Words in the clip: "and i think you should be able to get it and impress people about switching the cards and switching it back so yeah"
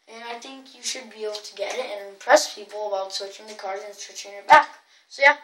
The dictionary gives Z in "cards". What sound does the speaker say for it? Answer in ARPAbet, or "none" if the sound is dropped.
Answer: none